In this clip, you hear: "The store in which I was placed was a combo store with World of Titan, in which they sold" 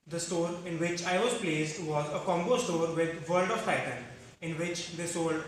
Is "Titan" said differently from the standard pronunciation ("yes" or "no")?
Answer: no